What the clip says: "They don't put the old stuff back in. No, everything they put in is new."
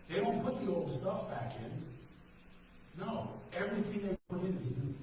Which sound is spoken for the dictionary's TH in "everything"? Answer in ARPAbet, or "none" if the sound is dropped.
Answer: TH